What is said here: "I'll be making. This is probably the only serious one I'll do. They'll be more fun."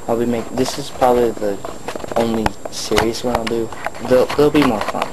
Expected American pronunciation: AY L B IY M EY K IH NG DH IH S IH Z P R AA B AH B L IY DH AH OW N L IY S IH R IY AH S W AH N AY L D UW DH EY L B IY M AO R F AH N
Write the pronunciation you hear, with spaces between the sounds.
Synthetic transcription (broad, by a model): AY L B IY M EY IH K DH IH S IH Z P R AA B AH B L IY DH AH OW N L IY S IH R IY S W AH N AY L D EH DH EY L B IY M AO R F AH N